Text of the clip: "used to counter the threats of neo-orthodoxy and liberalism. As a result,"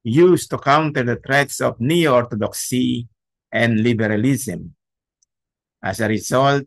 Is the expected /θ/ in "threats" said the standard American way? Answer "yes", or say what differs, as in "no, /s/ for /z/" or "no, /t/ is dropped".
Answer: no, /t/ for /θ/